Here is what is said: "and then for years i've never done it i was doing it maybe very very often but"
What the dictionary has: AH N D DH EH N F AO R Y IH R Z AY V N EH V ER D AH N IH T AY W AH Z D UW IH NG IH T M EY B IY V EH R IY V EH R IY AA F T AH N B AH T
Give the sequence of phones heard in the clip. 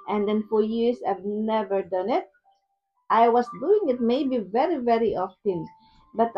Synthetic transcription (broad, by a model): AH N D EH N F AO R Y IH R S AY V N EH V ER D AH N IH T AY W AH S D UW IH NG IH T M EY B IY V EH R IY V EH R IY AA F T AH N B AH T